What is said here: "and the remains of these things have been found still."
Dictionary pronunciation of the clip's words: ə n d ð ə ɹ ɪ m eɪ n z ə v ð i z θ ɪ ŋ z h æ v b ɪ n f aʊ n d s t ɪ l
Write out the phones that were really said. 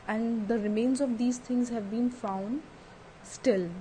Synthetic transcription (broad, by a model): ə n d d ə ɹ ɪ m eɪ n z ə v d i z t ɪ ŋ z h æ v b ɪ n f aʊ n d s t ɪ l